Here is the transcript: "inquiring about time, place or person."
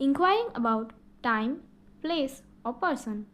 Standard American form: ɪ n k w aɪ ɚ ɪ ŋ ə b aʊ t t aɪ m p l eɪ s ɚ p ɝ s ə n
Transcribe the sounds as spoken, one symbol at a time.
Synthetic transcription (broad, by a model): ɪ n k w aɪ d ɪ ŋ ə b aʊ t t aɪ m p l eɪ s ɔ p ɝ s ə n